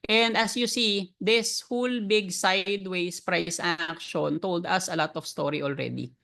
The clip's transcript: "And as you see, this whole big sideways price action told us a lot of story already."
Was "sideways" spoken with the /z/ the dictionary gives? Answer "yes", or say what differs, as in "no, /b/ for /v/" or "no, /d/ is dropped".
no, /s/ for /z/